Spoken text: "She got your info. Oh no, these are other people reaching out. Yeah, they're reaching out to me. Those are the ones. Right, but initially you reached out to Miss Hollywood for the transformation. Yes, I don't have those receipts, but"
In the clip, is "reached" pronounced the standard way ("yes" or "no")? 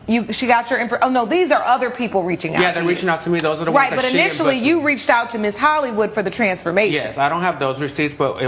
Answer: yes